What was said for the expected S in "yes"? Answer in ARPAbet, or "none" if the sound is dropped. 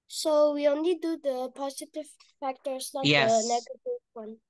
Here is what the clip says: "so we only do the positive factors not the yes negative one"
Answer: none